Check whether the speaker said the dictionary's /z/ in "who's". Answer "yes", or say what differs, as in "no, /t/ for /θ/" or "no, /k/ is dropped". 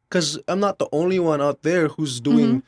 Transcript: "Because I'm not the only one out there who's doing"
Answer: yes